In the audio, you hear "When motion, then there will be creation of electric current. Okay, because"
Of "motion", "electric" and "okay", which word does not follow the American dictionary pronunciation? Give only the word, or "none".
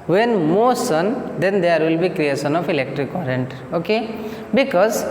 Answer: motion